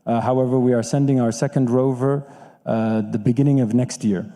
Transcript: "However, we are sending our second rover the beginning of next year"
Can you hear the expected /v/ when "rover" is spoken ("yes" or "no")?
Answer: yes